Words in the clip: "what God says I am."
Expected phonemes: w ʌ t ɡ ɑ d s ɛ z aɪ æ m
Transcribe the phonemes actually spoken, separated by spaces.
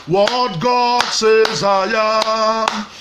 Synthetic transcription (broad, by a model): w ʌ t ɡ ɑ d s ɛ z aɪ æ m